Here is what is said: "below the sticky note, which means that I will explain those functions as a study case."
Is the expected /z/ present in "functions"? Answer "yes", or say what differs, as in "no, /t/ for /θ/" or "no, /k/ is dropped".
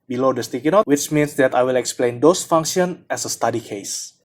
no, /z/ is dropped